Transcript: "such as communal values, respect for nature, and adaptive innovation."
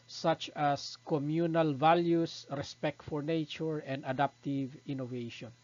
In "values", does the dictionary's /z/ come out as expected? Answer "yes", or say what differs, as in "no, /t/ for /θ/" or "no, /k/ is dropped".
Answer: no, /s/ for /z/